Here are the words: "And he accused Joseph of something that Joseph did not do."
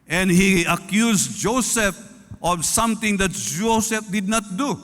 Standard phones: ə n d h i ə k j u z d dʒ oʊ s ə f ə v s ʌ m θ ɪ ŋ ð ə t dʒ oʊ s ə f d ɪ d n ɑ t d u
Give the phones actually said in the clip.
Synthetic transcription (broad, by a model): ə n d h i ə k j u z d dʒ oʊ s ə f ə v s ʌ m t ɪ ŋ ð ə t dʒ oʊ s ə f d ɪ d n ɑ t d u